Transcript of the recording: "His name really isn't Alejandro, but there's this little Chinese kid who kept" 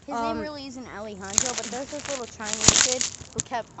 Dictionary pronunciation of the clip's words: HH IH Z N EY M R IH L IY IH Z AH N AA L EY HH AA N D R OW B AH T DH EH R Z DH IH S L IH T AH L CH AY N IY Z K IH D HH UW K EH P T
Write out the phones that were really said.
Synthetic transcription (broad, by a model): HH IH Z N EY M R IH L IY IH Z AH N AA L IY HH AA N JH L B AH T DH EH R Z DH IH S L IH T L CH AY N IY K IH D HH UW K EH P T